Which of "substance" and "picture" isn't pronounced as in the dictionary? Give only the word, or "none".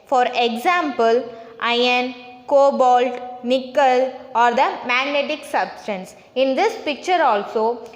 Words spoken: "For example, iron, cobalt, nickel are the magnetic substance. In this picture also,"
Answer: none